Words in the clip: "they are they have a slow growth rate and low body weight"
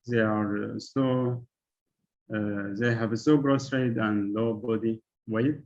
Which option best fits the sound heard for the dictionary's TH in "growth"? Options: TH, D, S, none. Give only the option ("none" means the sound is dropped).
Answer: S